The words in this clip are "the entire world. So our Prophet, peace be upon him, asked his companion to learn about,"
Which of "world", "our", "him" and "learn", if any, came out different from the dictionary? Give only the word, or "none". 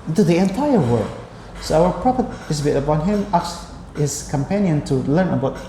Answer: world